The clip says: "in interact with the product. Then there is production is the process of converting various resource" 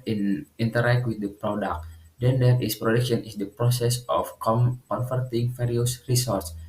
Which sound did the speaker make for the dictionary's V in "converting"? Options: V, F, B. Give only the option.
F